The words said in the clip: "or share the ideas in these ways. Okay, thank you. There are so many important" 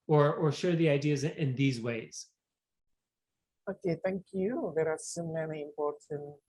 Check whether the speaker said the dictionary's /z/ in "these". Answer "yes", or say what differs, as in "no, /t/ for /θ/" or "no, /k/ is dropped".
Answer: yes